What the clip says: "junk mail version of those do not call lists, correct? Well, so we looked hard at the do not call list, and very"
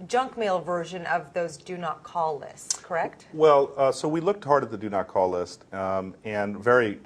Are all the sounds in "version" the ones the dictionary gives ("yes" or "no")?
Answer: yes